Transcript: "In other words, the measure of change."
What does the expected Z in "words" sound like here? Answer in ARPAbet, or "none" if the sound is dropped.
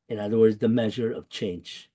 Z